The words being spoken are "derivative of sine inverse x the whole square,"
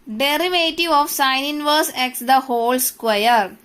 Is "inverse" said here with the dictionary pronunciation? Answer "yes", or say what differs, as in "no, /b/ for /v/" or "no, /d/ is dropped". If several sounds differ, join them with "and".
yes